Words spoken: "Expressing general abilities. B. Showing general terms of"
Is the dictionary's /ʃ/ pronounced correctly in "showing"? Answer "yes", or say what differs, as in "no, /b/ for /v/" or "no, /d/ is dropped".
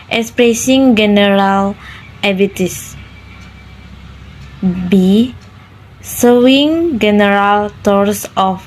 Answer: no, /s/ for /ʃ/